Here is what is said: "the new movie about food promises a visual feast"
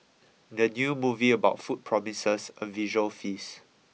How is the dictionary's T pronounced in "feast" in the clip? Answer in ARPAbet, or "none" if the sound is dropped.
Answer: none